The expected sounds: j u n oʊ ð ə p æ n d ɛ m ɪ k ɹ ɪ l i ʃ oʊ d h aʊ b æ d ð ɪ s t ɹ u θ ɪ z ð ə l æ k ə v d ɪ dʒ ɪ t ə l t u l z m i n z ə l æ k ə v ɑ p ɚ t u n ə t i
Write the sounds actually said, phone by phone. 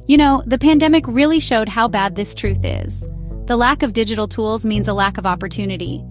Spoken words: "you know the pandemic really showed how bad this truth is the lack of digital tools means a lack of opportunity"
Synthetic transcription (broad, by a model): j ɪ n oʊ ð ə p æ n d ɛ m ɪ k ɹ ɪ l i ʃ oʊ d h aʊ b æ d ð ɪ s t ɹ u θ ɪ z ð ə l æ k ə v d ɪ dʒ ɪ t l t u l z m i n z ə l æ k ə v ɑ p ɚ t u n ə t i